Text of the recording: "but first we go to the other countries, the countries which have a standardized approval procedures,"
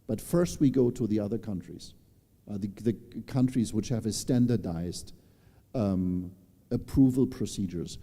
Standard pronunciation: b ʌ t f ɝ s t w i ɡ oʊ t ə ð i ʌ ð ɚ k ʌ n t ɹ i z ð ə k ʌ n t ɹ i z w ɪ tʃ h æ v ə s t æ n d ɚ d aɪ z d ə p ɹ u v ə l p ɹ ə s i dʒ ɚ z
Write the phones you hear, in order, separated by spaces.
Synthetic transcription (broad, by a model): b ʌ t f ɝ s t w i ɡ oʊ t ə ð i ʌ ð ɚ k ʌ n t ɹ i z ð ə k ʌ n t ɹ i z w ɪ tʃ h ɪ v ə s t æ n d ɚ d aɪ z d ə p ɹ u v ə l p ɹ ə s i dʒ ɚ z